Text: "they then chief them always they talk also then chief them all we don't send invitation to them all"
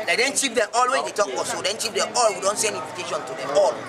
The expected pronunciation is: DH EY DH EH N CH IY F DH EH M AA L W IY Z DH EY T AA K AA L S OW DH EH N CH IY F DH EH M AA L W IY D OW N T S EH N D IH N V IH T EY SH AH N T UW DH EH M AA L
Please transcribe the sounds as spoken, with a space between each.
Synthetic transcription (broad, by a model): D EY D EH N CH IY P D EH M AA L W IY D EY T AA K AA S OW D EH N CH IY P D EH M AA L W IY D OW N T S EH N D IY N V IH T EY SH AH N T UW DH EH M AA L